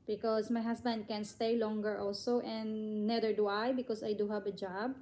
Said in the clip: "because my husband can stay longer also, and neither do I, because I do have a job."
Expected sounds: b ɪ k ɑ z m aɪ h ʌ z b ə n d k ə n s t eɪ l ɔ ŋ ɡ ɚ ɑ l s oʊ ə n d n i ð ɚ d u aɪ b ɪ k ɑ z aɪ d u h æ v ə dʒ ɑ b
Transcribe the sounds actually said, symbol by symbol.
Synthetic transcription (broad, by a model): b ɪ k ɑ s m aɪ h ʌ s b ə n d k ə n s t eɪ l ɔ ŋ ɡ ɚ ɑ l s oʊ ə n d n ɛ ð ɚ d u aɪ b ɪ k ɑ s aɪ d u h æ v ə dʒ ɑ b